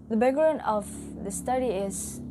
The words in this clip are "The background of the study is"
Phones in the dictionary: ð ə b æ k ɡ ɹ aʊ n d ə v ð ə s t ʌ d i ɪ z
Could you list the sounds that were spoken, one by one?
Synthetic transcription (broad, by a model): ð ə b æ ɡ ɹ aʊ n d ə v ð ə s t ʌ d i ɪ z